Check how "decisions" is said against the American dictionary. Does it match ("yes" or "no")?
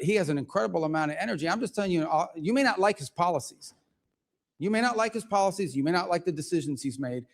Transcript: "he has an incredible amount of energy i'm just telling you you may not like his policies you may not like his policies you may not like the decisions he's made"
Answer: yes